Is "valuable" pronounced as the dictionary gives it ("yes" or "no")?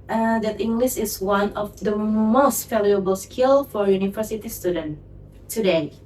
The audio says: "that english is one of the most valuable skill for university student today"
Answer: no